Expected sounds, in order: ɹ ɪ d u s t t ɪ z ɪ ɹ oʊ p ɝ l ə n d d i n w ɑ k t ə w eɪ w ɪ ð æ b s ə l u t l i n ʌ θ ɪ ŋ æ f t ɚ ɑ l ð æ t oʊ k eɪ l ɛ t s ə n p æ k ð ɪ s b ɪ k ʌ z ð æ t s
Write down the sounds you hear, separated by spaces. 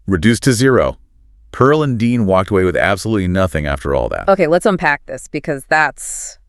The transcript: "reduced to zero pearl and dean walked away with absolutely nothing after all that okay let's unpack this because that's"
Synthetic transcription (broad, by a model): ɹ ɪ d u s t t ɪ z ɪ ɹ oʊ p ɝ l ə n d d i n w ɑ k t ə w eɪ w ɪ ð æ b s ə l u t l i n ʌ θ ɪ ŋ æ f t ɚ ɑ l ð æ t oʊ k eɪ l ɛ t s ə n p æ k ð ɪ s b ɪ k ʌ z ð æ t s